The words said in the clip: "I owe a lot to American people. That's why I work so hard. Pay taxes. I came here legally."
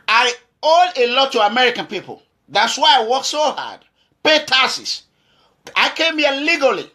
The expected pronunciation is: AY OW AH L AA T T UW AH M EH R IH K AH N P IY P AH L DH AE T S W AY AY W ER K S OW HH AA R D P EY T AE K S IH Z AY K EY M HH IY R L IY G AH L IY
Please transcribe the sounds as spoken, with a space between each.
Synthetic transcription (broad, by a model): AY OW AH L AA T T UW AH M EH R IH K AH N P IY P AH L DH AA T S W AY AY W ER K S OW HH AA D P EY T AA S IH S AY K EY M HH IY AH L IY G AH L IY